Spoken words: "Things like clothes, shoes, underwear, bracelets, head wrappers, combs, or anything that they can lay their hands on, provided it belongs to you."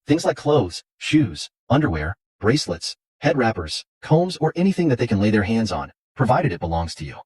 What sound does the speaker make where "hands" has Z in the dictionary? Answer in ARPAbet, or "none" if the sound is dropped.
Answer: Z